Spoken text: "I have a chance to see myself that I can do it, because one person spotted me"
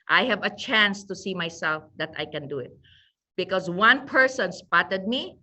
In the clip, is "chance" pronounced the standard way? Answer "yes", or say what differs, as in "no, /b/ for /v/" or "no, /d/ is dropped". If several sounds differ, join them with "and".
yes